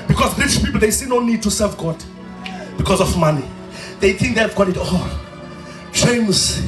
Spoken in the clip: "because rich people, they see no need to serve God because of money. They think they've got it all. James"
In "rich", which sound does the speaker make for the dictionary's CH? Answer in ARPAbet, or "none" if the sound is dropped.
SH